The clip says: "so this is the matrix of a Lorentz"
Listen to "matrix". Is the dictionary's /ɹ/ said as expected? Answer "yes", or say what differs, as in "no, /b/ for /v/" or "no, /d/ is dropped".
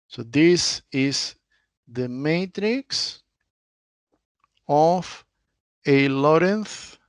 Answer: yes